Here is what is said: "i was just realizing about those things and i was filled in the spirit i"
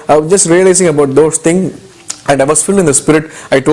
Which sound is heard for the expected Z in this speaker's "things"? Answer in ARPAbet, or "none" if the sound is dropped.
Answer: none